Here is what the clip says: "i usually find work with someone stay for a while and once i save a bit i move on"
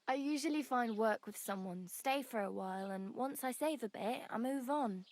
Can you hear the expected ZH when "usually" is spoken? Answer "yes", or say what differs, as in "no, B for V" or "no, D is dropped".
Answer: yes